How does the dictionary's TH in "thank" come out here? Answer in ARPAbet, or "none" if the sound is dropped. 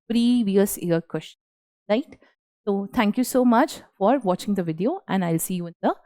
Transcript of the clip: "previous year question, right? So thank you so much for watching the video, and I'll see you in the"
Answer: T